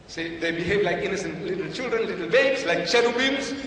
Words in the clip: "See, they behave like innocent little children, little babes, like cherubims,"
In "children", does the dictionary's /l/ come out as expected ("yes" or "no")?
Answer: yes